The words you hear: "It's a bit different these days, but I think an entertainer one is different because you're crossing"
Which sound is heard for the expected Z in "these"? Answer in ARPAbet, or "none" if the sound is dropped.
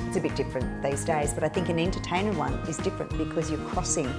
Z